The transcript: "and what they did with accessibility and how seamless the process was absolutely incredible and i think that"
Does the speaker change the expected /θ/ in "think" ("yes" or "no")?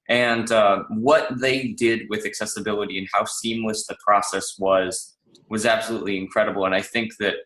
no